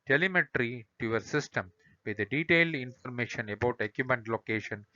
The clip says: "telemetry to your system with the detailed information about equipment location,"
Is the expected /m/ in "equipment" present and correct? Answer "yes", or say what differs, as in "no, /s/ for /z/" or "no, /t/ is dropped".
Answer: no, /m/ is dropped